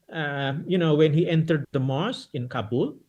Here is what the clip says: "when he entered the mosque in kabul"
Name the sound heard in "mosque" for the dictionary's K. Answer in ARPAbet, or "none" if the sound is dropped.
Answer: none